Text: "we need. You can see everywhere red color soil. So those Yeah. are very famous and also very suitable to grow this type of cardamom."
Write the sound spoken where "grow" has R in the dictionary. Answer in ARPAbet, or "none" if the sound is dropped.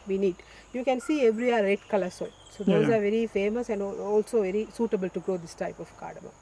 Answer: R